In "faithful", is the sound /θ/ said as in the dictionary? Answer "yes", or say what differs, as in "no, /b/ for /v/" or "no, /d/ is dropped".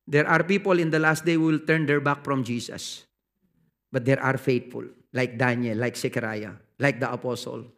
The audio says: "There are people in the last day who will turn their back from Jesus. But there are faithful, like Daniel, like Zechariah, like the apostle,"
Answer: no, /t/ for /θ/